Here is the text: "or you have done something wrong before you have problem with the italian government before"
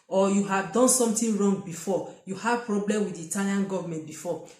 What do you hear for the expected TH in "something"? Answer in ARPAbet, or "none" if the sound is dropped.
T